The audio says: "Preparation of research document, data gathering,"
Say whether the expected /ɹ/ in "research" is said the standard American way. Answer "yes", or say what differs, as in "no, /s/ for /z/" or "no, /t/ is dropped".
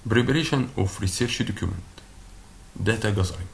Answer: yes